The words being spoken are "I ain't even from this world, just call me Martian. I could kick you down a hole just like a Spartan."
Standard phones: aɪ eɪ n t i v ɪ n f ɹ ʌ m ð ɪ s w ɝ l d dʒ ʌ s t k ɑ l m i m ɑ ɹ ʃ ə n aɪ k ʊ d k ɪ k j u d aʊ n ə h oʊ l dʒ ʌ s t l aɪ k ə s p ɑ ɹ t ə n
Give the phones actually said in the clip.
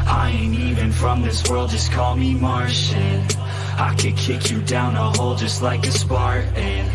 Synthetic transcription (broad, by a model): aɪ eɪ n i v ɪ n f ɹ ʌ m ð ɪ s w ɝ l d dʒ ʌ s k ɑ l m i m ɑ ɹ ʃ ə n aɪ k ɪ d k ɪ k j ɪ d aʊ n ə h oʊ l dʒ ʌ s t l aɪ k ə s p ɑ ɹ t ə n